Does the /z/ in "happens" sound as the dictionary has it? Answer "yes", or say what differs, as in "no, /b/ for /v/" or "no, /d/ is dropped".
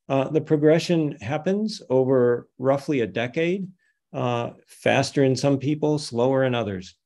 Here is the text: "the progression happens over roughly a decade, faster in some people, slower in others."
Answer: yes